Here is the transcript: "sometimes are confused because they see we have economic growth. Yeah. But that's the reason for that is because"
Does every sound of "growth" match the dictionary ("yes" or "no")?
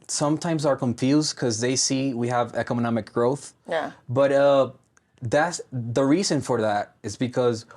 yes